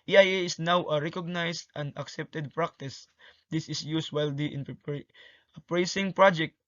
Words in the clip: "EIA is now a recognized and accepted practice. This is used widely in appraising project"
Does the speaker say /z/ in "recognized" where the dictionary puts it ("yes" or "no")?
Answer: no